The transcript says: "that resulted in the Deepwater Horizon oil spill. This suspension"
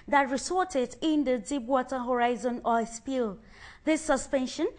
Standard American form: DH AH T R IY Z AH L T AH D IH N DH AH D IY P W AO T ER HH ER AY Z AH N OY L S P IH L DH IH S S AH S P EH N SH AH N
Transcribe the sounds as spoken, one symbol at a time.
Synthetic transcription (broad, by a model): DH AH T R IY S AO T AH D IH N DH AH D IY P W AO T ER HH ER AY Z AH N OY S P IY L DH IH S S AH S P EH N SH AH N